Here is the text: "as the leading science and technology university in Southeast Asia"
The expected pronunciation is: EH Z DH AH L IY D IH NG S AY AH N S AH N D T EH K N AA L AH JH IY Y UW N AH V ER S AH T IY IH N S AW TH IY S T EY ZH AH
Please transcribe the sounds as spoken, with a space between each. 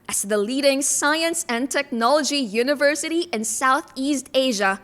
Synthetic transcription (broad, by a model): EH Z DH AH L IY D IH NG S AY AH N S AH N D T EH K N AA L AH JH IY Y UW N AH V ER S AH T IY IH N S AW TH IY S T EY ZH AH